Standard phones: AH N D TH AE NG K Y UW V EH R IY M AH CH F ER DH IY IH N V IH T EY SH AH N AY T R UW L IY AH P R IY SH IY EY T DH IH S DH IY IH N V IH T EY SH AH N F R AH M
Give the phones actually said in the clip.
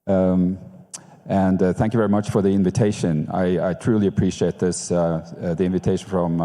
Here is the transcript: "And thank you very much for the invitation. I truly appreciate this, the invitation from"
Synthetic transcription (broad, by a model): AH N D TH AE NG K Y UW V EH R IY M AH CH F ER DH IY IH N V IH T EY SH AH N AY T R UW L IY AH P R IY SH IY EY T DH IH S DH IY IH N V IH T EY SH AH N F R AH M